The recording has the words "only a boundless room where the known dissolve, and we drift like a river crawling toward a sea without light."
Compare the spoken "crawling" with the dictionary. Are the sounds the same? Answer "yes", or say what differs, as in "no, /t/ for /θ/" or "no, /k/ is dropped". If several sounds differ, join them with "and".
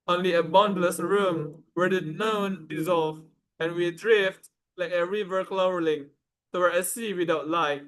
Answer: no, /l/ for /ɹ/